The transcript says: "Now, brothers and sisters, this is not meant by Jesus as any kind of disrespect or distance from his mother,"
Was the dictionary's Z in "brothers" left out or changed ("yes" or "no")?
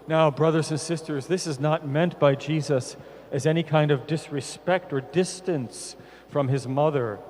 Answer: no